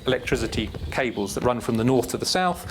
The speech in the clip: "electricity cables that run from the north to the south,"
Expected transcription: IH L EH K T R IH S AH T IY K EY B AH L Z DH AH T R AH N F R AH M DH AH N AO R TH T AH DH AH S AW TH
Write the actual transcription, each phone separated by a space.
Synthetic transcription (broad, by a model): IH L EH K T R IH S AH T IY K EY B AH L Z DH AH T R AH N F R AH M DH AH N AO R TH T AH DH AH S AW TH